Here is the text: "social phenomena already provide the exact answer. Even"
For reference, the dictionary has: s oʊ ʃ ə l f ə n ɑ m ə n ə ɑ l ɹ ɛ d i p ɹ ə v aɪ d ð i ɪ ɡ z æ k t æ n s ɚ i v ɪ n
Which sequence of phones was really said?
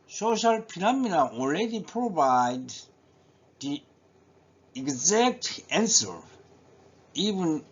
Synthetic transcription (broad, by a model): s oʊ ʃ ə l p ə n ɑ m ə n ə ɑ l ɹ ɛ d i p ɹ ə v aɪ d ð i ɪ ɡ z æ k t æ n s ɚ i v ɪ n